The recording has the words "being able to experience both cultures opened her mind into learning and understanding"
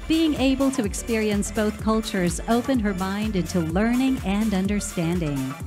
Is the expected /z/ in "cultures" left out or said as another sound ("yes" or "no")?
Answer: no